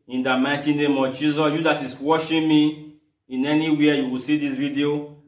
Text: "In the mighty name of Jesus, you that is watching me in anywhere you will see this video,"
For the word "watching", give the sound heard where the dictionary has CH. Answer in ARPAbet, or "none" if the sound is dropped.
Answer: SH